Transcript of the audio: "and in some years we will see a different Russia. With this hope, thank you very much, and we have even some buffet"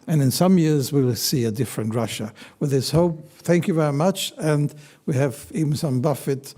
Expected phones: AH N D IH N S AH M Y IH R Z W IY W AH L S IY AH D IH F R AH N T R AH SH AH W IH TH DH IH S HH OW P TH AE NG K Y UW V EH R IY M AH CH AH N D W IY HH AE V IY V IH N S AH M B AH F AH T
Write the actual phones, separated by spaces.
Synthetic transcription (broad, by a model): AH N IH N S AH M Y IH R Z W IY L S IY AH D IH F R AH N T R AH SH AH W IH DH IH S HH OW P TH AE NG K Y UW V EH R IY M AH CH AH N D W IY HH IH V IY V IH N S AH M B AH F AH T